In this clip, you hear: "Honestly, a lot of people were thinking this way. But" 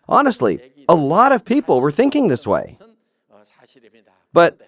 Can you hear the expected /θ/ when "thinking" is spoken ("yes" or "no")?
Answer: yes